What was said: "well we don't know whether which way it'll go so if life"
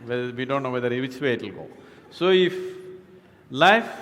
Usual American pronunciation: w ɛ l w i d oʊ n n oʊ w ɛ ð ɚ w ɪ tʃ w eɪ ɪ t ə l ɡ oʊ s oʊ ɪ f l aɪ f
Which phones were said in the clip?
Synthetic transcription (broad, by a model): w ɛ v i d oʊ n n oʊ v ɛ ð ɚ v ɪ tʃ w eɪ ɪ t ə l ɡ oʊ s oʊ ɪ f l aɪ f